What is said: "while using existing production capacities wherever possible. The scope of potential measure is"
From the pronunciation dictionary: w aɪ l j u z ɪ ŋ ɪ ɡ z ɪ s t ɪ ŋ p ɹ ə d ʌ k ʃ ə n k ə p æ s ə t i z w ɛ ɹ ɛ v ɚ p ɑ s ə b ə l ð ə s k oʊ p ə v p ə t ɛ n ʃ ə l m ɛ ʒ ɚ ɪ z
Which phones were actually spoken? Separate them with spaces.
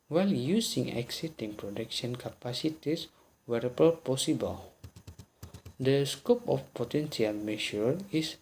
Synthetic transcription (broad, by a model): w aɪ l j u s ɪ ŋ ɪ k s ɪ t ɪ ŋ p ɹ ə d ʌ k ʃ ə n k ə p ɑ s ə t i s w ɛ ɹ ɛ b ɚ p ɑ s ə b ə l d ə s k oʊ p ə f p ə t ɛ n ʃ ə l m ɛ ʃ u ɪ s